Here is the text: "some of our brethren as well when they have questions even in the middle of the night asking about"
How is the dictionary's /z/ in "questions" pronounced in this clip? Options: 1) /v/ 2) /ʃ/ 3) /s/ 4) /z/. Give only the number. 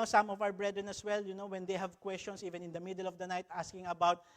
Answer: 3